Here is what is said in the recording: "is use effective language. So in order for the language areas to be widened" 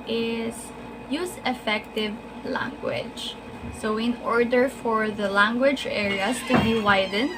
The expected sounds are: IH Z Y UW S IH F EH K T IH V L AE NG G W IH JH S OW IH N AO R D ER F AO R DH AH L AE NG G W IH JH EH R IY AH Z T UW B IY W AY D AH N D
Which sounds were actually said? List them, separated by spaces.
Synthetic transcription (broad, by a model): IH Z Y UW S IH F EH K T IH V L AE NG G W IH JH S OW IH N AO R D ER F AO R DH AH L AE NG G W IH JH EH R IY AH S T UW B IY W AY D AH N